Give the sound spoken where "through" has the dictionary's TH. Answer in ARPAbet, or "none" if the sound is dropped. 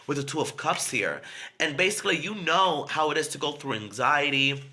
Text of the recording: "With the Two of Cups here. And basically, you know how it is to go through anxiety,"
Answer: TH